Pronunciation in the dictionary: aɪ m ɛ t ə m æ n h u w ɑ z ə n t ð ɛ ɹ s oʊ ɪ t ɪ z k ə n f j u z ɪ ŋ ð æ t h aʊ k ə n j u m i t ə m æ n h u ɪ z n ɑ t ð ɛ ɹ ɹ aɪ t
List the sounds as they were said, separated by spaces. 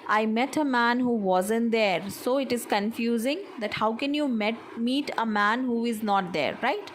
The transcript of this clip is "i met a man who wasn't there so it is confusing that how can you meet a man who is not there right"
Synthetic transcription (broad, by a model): aɪ m ɛ t ə m æ n h u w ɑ z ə n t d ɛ ɹ s oʊ ɪ t ɪ z k ə n f j u z ɪ ŋ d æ t h aʊ k ə n j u m i t ə m æ n h u ɪ z n ɑ t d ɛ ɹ ɹ aɪ t